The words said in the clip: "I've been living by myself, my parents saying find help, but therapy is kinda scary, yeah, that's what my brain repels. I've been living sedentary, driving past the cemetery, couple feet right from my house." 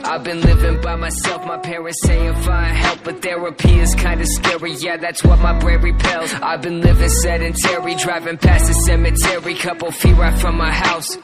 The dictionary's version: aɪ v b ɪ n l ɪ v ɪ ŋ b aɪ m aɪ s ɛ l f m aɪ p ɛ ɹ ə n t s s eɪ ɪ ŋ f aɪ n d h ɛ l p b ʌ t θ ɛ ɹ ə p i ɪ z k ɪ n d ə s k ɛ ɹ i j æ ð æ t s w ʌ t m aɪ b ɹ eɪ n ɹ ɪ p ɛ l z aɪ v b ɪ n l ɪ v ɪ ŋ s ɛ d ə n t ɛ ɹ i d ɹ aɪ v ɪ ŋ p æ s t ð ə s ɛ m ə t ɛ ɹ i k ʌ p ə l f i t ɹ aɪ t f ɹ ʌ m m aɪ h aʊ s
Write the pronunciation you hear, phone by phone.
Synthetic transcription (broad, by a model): aɪ v b ɪ n l ɪ v ɪ ŋ b aɪ m aɪ s ɛ l f m aɪ p ɛ ɹ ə n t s s eɪ ɪ ŋ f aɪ h ɛ l p b ʌ t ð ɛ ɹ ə p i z k ɪ n d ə s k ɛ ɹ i j æ ð æ t s w ʌ t m aɪ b ɹ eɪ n ɹ ɪ p ɛ l z aɪ v b ɪ n l ɪ v ɪ ŋ s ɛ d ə n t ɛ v i d ɹ aɪ v ɪ ŋ p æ s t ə s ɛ m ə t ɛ ɹ i k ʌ p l f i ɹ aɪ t f ɹ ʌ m m aɪ h aʊ s